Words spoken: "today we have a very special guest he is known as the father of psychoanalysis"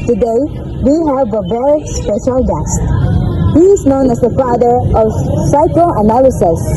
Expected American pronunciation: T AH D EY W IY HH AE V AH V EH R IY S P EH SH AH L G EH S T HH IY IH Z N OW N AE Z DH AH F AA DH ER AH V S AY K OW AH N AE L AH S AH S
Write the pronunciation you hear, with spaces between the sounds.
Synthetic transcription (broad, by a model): T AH D EY W IY HH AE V AH B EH R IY S P EH SH AH L G EH S T HH IY IH Z N OW N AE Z DH AH F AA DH ER AH V S AY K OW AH N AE L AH S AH S